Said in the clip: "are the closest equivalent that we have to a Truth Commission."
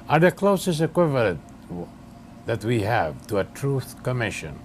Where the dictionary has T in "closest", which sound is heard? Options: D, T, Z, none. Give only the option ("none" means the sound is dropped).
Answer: none